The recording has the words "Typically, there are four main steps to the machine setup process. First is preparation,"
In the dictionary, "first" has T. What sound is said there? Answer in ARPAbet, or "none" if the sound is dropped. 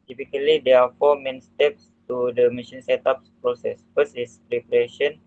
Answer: none